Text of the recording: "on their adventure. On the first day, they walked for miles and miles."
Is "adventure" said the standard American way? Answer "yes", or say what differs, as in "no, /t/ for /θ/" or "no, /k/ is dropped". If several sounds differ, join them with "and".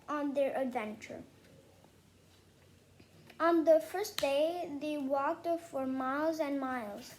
yes